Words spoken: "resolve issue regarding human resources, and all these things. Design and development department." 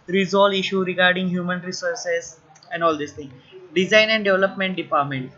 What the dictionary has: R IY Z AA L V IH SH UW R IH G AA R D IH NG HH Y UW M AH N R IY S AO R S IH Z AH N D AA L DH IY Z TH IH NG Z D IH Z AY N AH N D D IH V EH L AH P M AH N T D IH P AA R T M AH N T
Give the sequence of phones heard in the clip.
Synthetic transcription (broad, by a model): R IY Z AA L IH SH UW R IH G AA R D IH NG HH Y UW M AH N R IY S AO R S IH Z AH N D AA L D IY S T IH NG D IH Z AY N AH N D D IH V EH L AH P M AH N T D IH P AA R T M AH N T